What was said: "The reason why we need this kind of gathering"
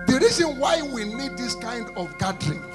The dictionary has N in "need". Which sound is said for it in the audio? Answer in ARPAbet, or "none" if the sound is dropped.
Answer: L